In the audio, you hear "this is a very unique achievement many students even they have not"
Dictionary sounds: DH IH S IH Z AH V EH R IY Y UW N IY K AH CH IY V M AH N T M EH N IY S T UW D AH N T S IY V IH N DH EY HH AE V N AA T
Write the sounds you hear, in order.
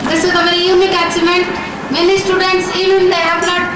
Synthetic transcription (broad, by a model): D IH S IH Z AH V EH R IY Y UW N IY K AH S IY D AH N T M EH N IY S T UW D AH N T S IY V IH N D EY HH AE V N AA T